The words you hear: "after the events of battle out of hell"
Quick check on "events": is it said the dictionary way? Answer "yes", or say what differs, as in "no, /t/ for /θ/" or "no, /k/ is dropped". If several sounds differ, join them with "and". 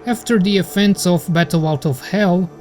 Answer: no, /f/ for /v/